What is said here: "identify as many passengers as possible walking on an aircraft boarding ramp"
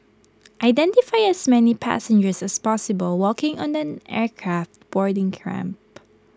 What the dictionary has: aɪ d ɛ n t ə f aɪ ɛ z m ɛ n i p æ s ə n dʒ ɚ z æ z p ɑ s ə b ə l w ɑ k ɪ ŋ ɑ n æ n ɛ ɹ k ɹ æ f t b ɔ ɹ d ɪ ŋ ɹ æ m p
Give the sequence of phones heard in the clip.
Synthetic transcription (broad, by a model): aɪ d ɛ n t ə f aɪ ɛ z m ɛ n i p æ s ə n dʒ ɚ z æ s p ɑ s ə b ə l w ɑ k ɪ ŋ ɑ n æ n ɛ ɹ k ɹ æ f t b ɔ ɹ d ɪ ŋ ɹ æ m p